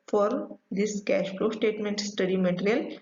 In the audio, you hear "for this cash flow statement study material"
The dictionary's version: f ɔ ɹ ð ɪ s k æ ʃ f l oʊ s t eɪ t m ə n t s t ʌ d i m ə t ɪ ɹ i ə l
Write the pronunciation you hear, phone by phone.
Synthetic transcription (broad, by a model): f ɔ ɹ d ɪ s k æ ʃ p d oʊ s t eɪ t m ə n t s t ʌ d i m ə t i ɹ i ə l